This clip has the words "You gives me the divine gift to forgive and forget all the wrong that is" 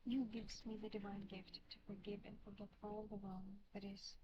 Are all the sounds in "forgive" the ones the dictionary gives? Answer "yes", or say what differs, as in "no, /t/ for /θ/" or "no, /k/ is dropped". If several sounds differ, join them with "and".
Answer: yes